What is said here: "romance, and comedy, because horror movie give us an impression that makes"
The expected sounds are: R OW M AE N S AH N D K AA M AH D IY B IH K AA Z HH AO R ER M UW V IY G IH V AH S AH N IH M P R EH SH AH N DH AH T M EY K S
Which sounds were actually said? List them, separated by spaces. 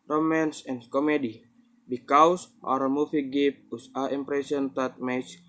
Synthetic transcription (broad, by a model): R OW M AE N S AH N K AA M AH D IY B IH K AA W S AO R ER M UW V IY G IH P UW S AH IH M P R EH S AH N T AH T M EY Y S